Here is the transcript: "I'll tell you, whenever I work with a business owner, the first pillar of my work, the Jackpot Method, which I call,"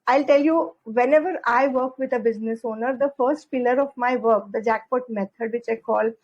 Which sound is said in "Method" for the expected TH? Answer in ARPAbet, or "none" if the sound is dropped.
T